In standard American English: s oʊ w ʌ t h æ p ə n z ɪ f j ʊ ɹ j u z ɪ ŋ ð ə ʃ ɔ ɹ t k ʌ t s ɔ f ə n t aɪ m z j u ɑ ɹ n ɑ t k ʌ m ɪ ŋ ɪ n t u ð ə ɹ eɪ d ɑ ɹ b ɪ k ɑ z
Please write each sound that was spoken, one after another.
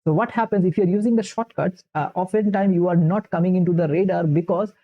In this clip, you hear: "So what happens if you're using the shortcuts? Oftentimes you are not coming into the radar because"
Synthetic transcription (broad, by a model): s oʊ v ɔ t h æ p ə n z ɪ f j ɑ ɹ j u z ɪ ŋ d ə ʃ ɔ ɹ t k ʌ t s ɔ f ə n t aɪ m j u ɑ ɹ n ɑ t k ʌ m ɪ ŋ ɪ n t u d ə ɹ eɪ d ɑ ɹ b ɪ k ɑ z